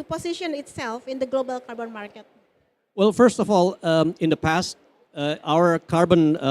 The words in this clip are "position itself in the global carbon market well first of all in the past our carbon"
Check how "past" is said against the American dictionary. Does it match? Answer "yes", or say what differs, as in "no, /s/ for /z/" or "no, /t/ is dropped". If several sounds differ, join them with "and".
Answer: yes